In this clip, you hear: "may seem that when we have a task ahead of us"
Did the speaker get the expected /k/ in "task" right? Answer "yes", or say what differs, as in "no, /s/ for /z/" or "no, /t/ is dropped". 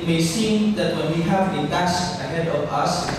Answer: no, /k/ is dropped